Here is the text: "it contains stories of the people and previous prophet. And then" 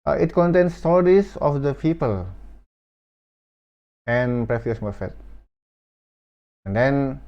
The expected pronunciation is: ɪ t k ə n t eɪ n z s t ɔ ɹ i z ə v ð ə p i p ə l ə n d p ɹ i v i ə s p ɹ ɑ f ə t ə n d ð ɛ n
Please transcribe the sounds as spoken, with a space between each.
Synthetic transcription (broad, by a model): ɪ t k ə n t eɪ n s t ɔ ɹ i s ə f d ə p i p ə l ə n p ɹ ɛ f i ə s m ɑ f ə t ə n d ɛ n